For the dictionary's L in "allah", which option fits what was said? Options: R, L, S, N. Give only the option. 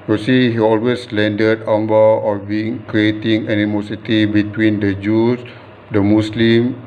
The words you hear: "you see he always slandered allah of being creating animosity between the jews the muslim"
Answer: N